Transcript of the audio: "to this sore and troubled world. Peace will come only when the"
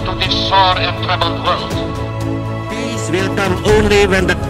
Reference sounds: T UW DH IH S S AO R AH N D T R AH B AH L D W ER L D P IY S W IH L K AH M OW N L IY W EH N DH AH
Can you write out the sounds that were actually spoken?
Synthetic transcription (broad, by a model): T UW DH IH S S AO R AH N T AH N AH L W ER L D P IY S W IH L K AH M OW N L IY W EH N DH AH